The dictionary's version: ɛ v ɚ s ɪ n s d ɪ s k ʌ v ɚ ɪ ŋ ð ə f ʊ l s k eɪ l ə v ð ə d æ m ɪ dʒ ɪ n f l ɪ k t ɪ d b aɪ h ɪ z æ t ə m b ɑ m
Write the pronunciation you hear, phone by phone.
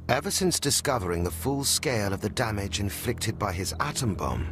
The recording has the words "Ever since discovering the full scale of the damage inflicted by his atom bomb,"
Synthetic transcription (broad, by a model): ɛ v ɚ s ɪ n s d ɪ s k ʌ v ɚ ɪ ŋ ð ə f ʊ l s k eɪ l ə v ð ə d æ m ɪ dʒ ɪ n f l ɪ k t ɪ d b aɪ ɪ z æ t ə m b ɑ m